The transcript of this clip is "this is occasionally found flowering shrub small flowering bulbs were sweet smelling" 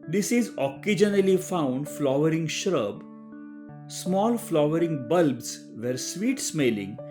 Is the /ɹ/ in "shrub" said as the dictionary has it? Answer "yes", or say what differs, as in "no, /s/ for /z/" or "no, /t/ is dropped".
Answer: yes